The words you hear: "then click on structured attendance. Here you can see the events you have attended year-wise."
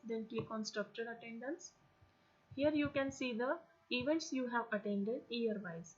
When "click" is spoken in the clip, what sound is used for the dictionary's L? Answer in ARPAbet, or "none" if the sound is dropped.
none